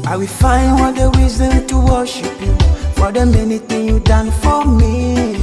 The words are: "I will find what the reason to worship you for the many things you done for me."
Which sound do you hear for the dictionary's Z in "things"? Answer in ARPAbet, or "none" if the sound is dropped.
none